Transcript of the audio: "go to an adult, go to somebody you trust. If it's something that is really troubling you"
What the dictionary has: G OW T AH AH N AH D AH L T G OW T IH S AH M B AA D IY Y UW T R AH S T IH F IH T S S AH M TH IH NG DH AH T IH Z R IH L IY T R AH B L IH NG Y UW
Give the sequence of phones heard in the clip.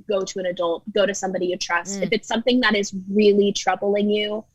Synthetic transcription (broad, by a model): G OW T AH AH N AH D AH L T G OW T IH S AH M B AA D IY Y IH T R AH S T IH F IH T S S AH M TH IH NG DH AH T IH Z R IH L IY T R AH B L IH NG Y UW